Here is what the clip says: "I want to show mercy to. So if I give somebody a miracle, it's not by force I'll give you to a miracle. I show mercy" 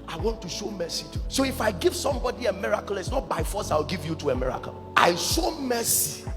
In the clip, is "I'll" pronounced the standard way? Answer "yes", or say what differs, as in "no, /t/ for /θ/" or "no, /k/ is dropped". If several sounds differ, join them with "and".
no, /w/ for /l/